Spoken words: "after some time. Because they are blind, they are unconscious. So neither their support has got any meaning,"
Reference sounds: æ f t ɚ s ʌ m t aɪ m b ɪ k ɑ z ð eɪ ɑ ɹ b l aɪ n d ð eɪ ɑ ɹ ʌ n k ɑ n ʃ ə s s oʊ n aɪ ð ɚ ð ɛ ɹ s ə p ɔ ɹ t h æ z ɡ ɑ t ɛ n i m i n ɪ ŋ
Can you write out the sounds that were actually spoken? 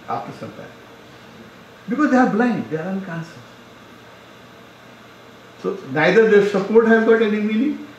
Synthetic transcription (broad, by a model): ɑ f t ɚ s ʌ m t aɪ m b ɪ k ɑ z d eɪ ɑ ɹ b l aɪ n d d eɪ ɑ ɹ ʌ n k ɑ n s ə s s oʊ n aɪ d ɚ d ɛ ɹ s ə p ɔ ɹ t h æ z ɡ ɑ t ɛ n i m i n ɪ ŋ